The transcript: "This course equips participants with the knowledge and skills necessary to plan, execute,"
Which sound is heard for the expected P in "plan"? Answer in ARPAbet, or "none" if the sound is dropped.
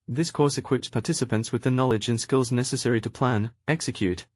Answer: P